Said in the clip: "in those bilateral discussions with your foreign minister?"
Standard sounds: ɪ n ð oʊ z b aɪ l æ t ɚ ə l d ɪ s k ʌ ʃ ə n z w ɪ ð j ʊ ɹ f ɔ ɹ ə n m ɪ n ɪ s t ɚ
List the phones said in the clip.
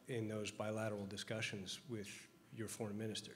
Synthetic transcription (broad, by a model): ɪ n ð oʊ z b aɪ l æ t ɚ l d ɪ s k ʌ ʃ ə n z w ɪ ð j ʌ ɹ f ɔ ɹ ə n m ɪ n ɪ s t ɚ